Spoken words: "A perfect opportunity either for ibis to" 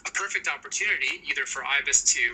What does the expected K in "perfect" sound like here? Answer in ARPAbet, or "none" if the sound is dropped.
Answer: K